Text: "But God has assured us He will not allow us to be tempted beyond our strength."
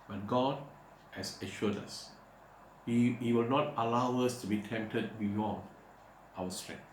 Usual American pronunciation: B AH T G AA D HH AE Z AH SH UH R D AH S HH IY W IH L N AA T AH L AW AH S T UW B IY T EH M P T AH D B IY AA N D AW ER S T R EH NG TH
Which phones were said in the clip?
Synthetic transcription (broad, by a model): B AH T G AA D HH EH S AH SH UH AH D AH S HH IY W IH L N AA T AH L AW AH S T UW B IY T EH M P T AH D B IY AA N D AW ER S T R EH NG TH